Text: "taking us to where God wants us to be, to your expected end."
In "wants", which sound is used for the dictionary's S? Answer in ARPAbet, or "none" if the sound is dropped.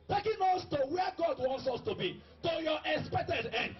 S